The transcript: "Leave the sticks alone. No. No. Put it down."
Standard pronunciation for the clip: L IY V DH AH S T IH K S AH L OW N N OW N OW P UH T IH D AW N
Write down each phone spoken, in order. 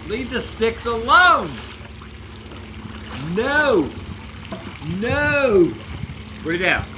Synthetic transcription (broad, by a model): L IY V DH AH S T IH K S AH L OW N N OW N OW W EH IH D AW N